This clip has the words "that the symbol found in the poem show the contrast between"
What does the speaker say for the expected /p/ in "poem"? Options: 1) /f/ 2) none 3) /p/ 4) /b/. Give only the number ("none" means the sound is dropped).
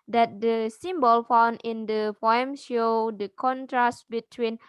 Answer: 1